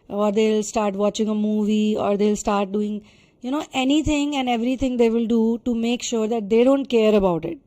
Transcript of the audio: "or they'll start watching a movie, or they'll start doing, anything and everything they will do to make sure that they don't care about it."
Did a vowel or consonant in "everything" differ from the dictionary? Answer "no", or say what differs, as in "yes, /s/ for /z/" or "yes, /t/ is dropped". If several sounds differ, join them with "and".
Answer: yes, /t/ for /θ/